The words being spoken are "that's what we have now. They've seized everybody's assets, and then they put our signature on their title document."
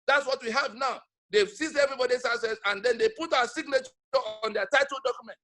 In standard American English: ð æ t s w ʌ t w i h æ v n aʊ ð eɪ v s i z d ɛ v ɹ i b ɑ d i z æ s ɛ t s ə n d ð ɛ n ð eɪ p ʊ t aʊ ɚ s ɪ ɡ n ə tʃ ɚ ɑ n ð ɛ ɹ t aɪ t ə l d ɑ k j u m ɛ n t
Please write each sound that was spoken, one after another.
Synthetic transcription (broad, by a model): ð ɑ t s w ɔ t w i h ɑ v n aʊ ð eɪ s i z ɛ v ɹ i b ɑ d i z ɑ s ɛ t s ə n d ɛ n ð eɪ p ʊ t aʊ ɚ s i ɡ n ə tʃ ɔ ɑ n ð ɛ t aɪ t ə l d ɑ k j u m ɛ n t